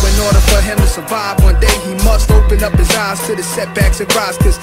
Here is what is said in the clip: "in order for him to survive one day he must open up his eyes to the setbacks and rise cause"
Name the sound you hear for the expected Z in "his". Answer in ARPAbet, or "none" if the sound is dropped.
Z